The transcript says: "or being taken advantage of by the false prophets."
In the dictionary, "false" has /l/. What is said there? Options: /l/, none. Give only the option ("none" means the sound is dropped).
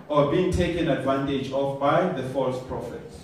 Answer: /l/